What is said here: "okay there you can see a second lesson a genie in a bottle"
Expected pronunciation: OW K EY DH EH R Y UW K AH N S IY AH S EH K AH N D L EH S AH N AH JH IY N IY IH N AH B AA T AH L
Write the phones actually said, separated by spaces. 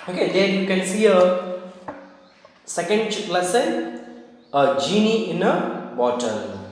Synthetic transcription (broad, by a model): OW K EY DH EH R Y UW K AH N S IY AH S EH K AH N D L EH S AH AH JH IY N IY IH N AH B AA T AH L